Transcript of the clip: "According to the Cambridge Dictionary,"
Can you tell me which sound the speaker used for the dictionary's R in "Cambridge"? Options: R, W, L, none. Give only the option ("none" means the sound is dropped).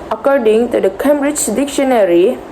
R